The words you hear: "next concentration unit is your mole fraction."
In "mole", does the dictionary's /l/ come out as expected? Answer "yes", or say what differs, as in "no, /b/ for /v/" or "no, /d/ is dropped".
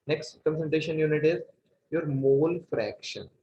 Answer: yes